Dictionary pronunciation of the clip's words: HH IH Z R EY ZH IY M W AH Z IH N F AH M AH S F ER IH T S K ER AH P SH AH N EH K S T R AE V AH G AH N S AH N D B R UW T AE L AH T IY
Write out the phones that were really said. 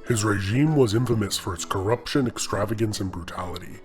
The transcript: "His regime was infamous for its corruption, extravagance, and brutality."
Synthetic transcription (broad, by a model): HH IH Z R EY ZH IY M W AH Z IH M F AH M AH S F ER IH T S K ER AH P SH AH N EH K S T R AE V AH G AH N S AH N B R UW T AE L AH T IY